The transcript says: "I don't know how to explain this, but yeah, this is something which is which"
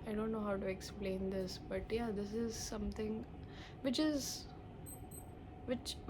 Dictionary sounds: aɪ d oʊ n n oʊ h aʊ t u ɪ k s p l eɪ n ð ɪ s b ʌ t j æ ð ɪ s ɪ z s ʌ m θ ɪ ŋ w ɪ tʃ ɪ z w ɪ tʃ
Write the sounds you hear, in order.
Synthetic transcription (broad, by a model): aɪ d oʊ n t oʊ h aʊ t u ɪ k s p l eɪ n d ɪ s b ʌ t j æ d ɪ s ɪ z s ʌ m t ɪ ŋ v ɪ tʃ ɪ z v ɪ tʃ